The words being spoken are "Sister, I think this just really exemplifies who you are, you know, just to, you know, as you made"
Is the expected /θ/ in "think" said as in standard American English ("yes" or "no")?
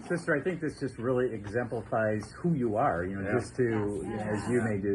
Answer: yes